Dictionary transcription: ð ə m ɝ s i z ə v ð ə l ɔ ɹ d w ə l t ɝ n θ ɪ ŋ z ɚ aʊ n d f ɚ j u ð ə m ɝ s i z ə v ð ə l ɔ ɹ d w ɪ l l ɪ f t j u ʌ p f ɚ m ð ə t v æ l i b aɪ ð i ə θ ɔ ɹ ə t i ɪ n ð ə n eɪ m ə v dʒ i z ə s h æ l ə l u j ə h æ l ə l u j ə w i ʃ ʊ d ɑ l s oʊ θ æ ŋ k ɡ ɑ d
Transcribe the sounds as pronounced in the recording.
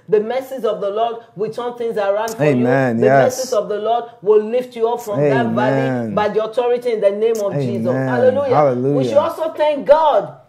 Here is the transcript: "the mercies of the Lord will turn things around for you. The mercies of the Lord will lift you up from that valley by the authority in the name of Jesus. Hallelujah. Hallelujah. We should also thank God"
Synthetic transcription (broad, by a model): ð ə m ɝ s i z ə v ð ə l ɔ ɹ d w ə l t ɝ n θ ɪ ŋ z ɚ aʊ n d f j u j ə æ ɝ s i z ə v ð ə l ɔ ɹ d w ɪ l l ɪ f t j u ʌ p f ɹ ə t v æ i b aɪ ð i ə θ ɔ ɹ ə t i ɪ n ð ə n eɪ m ə v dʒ i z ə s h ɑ l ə l u j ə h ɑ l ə l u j w i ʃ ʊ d ɑ l s oʊ θ æ ŋ k ɡ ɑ d